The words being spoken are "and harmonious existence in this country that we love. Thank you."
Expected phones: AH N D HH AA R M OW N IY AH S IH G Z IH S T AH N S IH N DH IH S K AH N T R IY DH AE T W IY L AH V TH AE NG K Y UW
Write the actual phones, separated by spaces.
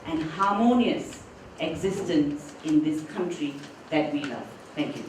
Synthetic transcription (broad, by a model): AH N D HH AA M OW N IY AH S IH G Z IH S T AH N S IH N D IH S K AH N T R IY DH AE T W IY L AH V T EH NG K Y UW